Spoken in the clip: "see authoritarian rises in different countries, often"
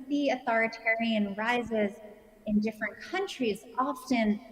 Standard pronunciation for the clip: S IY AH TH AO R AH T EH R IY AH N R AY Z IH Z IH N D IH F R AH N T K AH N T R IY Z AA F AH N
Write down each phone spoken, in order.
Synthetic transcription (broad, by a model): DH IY AH TH AO R AH T EH R IY AH N R AY Z IH Z IH N D IH F R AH N K AH N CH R IY Z AA F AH N